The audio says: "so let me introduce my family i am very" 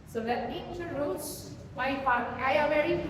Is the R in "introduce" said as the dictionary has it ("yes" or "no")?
no